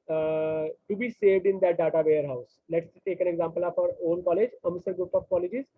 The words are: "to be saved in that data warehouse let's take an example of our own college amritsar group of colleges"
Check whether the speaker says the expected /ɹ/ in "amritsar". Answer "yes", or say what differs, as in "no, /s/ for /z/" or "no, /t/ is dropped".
no, /ɹ/ is dropped